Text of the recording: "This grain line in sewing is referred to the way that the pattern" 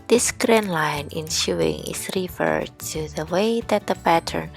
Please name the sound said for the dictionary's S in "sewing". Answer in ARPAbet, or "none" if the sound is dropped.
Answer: SH